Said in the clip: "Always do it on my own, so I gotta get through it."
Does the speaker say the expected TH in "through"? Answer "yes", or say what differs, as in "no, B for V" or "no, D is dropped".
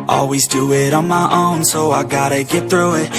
yes